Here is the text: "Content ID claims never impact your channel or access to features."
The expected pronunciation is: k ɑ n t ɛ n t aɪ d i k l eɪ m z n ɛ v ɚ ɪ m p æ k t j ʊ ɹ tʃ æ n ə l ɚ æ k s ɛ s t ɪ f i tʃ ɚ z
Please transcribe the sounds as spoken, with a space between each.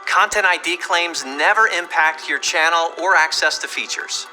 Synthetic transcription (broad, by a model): k ɑ n t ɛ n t aɪ d i k l eɪ m z n ɛ v ɚ ɪ m p æ k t j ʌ ɹ tʃ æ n l ɚ æ k s ɛ s t ɪ f i tʃ ɚ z